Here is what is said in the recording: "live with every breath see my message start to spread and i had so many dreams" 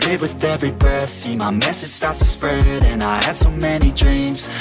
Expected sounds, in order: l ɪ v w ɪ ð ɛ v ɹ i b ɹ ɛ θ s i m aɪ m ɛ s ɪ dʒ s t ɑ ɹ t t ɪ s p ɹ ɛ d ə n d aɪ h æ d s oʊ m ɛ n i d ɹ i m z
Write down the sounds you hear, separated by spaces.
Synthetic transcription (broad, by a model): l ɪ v w ɪ ð ɛ v ɹ i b ʌ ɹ s i m aɪ m ɛ s ɪ dʒ s t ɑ ɹ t t ɪ s p ɹ ɛ d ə n aɪ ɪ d s oʊ m ɛ n i d ɹ i m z